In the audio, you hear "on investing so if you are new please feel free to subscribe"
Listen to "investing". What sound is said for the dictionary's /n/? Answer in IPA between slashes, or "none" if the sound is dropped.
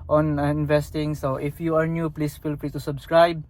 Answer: /n/